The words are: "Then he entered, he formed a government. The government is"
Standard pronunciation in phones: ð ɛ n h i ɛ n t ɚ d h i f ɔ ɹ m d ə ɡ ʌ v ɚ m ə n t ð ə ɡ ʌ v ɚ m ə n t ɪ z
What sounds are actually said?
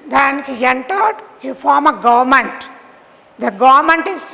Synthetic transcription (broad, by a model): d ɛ n h i ɛ n t ɚ d h i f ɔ ɹ m ə ɡ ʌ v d m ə n t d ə ɡ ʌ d m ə n t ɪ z